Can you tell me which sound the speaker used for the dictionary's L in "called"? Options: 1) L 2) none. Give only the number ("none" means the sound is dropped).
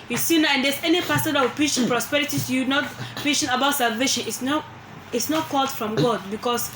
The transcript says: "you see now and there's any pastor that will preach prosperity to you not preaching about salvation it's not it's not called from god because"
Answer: 1